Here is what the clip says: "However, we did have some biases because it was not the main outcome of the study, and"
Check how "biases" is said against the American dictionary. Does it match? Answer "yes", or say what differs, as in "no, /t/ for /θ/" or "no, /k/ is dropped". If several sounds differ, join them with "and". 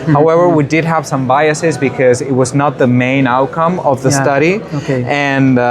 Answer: yes